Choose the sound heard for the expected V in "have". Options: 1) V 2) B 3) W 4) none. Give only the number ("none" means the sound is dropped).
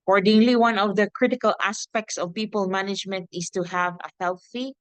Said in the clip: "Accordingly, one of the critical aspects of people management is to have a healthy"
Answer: 1